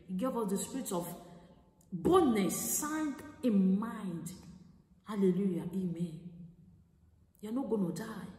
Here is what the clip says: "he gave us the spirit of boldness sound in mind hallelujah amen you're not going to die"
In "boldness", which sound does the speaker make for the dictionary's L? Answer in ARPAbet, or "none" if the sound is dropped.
none